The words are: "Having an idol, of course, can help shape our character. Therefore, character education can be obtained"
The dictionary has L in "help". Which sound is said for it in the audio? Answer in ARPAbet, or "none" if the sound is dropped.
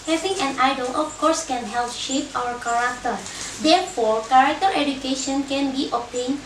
L